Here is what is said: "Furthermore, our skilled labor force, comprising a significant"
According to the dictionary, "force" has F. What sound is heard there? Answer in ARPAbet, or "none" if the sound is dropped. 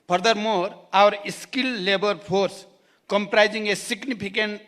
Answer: P